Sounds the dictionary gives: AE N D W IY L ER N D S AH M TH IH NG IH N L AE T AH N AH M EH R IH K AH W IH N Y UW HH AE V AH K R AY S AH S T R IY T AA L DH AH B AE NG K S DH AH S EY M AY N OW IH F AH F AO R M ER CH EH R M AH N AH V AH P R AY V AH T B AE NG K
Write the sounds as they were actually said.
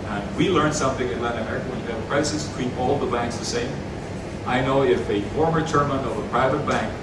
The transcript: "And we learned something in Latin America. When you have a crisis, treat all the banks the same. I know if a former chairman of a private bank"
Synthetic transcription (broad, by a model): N W IY L ER N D S AH M TH IH NG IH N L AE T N AH M EH R IH K AH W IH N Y AH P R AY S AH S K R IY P AA L DH AH B AE NG K S DH AH S EY M AY N OW IH F AH F AO R M ER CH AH R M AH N AH V AH P R AY V AH T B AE NG K